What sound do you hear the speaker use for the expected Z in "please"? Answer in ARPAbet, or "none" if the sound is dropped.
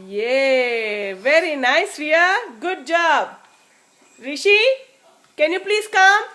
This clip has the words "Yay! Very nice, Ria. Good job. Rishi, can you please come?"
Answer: S